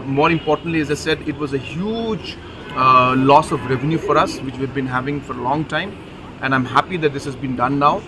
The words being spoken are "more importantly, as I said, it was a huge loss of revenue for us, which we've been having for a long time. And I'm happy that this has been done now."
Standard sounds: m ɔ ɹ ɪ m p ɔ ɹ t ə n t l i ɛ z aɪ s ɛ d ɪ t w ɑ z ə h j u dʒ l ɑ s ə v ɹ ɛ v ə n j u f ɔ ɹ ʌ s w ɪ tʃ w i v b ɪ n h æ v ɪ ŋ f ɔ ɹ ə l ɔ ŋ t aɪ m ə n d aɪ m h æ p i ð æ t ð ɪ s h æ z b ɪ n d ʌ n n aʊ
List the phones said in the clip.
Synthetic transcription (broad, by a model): m ɔ ɹ ɪ m p ɔ ɹ t ə n t l i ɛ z aɪ s ɛ d ɪ t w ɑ z ə h j u dʒ l ɑ s ə v ɹ ɛ v ə n j u f ɔ ɹ ʌ s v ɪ tʃ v i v b ɪ n h æ v ɪ ŋ f ɔ ɹ ə l ɔ ŋ t aɪ m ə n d aɪ m h æ p i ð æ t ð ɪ s h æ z b ɪ n d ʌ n n aʊ